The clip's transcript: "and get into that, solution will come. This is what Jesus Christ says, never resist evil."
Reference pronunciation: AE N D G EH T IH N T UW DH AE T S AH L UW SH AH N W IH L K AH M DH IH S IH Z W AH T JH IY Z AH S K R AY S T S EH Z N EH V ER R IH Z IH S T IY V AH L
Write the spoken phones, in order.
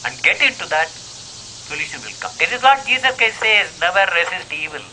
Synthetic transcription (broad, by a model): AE N D G EH T IH N T UW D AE T S AH L UW SH AH N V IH L K AH M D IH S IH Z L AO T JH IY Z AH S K AY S S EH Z N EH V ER R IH S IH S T IY V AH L